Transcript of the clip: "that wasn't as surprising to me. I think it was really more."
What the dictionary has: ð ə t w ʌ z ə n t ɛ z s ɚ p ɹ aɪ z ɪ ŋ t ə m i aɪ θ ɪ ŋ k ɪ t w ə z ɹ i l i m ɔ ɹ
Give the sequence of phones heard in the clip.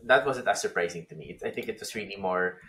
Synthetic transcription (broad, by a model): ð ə t w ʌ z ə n t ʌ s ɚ p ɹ aɪ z ɪ ŋ t ə m i aɪ θ ɪ ŋ k ɪ t w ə s ɹ i l i m ɔ ɹ